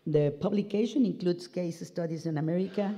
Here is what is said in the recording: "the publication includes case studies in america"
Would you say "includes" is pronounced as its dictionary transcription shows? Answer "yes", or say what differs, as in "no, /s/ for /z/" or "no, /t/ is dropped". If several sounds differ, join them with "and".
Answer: no, /s/ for /z/